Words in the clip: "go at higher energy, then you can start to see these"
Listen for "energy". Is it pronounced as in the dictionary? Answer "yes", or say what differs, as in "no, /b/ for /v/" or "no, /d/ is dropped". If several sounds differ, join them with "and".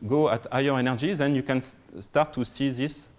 yes